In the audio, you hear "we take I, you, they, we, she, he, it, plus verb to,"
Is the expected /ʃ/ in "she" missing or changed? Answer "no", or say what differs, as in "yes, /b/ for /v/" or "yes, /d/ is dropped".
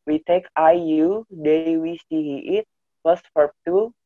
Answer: yes, /s/ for /ʃ/